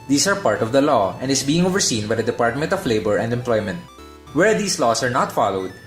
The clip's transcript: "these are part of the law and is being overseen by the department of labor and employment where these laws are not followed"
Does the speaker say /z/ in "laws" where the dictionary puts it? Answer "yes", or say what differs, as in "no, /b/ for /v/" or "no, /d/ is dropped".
no, /s/ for /z/